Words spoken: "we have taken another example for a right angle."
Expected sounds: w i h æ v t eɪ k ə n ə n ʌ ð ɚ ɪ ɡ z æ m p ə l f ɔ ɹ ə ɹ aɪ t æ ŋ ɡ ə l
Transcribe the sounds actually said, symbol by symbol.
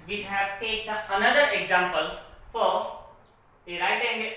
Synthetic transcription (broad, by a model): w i h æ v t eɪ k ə ə n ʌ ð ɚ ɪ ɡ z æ m p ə l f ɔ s ə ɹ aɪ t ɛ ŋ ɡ